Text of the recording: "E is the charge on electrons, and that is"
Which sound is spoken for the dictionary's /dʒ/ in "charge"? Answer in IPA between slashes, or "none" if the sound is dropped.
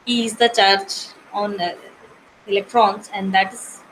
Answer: /tʃ/